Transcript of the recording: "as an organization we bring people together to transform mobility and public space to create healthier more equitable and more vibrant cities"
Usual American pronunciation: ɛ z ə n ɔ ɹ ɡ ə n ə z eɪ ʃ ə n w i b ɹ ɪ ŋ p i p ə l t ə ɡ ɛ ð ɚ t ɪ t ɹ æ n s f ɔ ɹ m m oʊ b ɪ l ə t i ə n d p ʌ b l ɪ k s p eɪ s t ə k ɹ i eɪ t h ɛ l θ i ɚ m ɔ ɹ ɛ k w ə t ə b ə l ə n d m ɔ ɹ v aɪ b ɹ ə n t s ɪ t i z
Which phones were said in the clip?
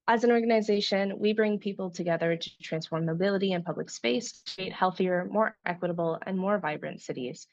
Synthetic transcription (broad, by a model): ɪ z ə n ɔ ɹ ɡ ə n ə z eɪ ʃ ə n w i b ɹ ɪ ŋ p i p l t ə ɡ ɛ ð ɚ t ɪ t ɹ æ n s f ɔ ɹ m m oʊ b ɪ l ə t i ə n p ʌ b l ɪ k s p eɪ s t k ɹ i eɪ t h ɛ l θ i ɚ m ɔ ɹ ɛ k w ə t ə b l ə n m ɔ ɹ v aɪ b ɹ ə n t s ɪ t i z